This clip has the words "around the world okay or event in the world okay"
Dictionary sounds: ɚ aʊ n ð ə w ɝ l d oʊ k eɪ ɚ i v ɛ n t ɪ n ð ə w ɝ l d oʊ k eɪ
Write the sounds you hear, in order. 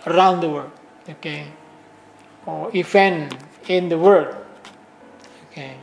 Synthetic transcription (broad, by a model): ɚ aʊ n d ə w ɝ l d oʊ k eɪ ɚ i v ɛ n ɪ n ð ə w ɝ d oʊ k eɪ